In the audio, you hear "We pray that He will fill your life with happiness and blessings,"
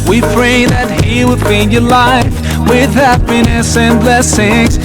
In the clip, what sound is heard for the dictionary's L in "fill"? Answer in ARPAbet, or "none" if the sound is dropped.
N